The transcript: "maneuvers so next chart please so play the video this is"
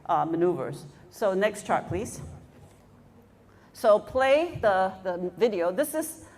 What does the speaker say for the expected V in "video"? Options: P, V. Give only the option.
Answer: V